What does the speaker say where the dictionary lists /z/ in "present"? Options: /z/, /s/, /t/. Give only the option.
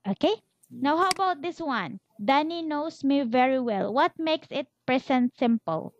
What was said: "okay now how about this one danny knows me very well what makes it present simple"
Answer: /s/